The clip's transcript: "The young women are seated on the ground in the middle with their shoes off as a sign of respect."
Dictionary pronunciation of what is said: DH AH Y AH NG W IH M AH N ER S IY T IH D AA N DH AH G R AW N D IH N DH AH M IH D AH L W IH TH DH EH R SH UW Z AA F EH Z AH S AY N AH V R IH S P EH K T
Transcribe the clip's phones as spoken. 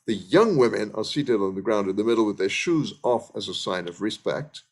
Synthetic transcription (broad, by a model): DH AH Y AH NG W IH M AH N ER S IY T IH D N DH AH G R AW N D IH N DH AH M IH D L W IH DH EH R SH UW Z AA F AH Z AH S AY N AH V R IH S P EH K T